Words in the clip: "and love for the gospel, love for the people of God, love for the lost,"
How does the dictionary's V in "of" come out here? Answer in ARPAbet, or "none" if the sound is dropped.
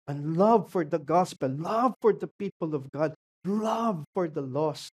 V